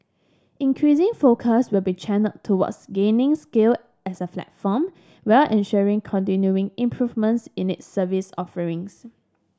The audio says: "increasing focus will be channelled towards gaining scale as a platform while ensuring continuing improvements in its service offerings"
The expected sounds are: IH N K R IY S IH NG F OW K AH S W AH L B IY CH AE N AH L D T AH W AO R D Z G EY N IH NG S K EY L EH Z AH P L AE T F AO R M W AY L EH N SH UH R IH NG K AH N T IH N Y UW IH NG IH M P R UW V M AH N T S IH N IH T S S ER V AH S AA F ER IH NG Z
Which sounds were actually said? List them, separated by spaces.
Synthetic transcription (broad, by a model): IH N K R IY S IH NG F OW K AH S W AH L B IY CH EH N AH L T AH W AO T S G EY N IH NG S K EY L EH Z AH F L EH T F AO M W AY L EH N SH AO R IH NG K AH N T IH N Y UW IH NG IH M P R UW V M AH N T S IH N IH T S S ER V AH S AA F ER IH NG S